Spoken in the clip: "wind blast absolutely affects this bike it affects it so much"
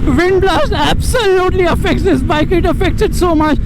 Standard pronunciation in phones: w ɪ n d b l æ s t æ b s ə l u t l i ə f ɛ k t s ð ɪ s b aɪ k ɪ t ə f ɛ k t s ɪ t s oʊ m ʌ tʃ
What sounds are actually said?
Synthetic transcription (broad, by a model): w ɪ n d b l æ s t æ b s ə l u t l i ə f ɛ k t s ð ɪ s b aɪ k ɪ t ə f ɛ k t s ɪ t s oʊ m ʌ tʃ